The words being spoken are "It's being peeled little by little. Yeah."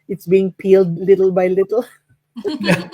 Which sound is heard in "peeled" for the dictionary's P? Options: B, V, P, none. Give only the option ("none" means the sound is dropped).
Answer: P